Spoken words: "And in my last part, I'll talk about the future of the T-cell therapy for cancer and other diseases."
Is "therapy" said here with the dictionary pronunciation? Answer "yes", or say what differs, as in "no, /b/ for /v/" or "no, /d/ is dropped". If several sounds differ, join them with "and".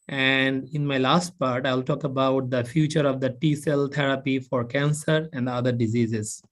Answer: no, /t/ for /θ/